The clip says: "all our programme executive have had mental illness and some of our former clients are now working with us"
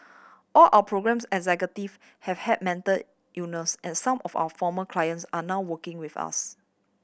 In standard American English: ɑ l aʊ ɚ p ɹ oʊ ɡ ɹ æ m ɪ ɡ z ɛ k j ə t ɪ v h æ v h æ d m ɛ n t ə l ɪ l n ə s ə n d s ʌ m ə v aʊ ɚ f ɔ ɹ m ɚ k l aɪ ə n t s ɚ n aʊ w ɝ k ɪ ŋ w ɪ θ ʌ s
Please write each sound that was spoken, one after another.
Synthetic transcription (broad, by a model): ɑ l aʊ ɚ p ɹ oʊ ɡ ɹ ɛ m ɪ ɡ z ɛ k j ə t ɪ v h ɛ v h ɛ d m ɛ n t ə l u n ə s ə n s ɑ m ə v aʊ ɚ f ɔ m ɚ k l aɪ ə n t s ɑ n aʊ w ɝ k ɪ ŋ w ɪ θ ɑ s